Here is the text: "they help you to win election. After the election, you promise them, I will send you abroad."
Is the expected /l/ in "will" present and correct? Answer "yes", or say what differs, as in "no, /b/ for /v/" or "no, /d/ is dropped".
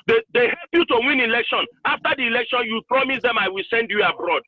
yes